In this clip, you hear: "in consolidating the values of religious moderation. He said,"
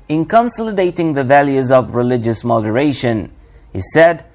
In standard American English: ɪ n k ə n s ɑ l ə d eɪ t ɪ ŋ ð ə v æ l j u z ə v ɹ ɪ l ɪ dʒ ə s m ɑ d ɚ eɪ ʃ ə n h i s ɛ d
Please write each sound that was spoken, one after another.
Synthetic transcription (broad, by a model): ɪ n k ə n s ɑ l ə d eɪ t ɪ ŋ ð ə v æ l j u z ə v ɹ ɪ l ɪ dʒ ə s m ɑ d ɚ eɪ ʃ ə n h i s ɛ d